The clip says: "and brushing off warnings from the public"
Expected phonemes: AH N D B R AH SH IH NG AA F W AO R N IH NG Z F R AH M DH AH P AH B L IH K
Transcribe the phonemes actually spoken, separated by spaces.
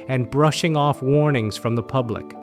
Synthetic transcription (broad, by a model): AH N B R AH SH IH NG AA F W AO R N IH NG Z F R AH M DH AH P AH B L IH K